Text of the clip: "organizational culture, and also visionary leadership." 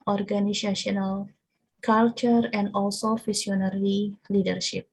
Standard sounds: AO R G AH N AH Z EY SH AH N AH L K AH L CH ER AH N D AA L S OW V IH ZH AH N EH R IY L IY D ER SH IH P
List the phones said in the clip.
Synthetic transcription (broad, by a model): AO R G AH N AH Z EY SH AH N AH L K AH L CH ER AH N D AA L S OW F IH S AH N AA R IY L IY D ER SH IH P